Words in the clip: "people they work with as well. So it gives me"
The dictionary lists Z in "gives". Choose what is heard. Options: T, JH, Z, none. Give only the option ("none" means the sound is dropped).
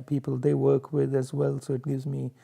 Z